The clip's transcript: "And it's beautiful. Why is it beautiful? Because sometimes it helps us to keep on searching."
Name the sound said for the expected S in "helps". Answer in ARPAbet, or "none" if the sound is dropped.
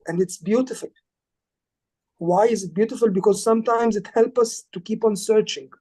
none